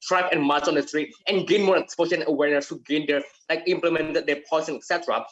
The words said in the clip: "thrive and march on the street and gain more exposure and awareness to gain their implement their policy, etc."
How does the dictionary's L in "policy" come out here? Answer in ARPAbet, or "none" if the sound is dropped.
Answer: none